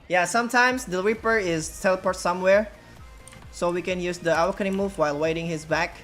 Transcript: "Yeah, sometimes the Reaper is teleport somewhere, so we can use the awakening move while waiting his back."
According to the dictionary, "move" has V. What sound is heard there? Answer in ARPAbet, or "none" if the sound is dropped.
V